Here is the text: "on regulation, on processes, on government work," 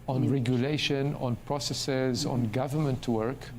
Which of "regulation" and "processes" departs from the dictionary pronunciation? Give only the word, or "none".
none